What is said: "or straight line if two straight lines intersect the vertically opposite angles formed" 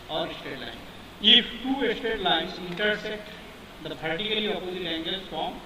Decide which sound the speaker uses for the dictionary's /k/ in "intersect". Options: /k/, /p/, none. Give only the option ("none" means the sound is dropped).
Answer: none